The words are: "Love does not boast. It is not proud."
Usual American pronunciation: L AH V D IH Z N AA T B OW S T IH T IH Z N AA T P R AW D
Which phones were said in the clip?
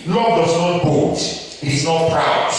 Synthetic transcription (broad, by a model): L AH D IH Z N AA T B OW T IH T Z N AA T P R AW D